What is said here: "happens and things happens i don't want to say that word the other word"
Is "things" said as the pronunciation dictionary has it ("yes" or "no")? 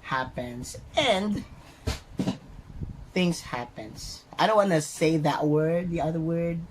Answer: yes